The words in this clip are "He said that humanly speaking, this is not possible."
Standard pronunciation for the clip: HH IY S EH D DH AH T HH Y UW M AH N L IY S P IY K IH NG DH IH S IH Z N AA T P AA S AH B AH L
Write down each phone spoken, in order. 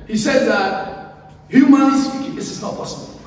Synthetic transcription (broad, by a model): HH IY S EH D DH AH T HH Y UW M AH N IY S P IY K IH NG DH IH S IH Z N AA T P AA S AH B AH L